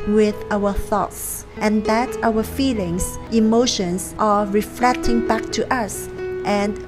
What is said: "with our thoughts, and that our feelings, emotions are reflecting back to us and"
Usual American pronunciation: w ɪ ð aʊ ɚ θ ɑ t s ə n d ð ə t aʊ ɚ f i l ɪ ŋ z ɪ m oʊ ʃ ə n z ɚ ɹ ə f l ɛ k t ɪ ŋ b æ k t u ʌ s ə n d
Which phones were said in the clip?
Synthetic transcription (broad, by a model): w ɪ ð aʊ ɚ θ ɑ t s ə n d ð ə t aʊ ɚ f i l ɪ ŋ s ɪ m oʊ ʃ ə n s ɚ ɹ ə f l ɛ k t ɪ ŋ b æ k t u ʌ s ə n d